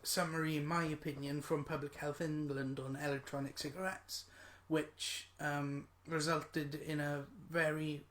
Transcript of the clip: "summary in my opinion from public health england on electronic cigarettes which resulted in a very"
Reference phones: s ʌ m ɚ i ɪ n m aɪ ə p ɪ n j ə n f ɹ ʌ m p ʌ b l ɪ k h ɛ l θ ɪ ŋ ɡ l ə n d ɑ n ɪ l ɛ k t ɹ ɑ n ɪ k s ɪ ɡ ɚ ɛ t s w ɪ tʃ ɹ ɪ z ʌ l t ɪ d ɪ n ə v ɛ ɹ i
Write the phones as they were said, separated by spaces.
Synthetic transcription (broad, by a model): s ʌ m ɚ i ɪ n m aɪ ə p ɪ n j ə n f ɹ ʌ m p ʌ b l ɪ k h ɛ l θ ɪ ŋ ɡ l ə n d n ɪ l ɛ k t ɹ ɑ n ɪ k s ɪ ɡ ɚ ɛ t s w ɪ tʃ ɹ ɪ z ʌ l t ɪ d ɪ n ə v ɛ ɹ i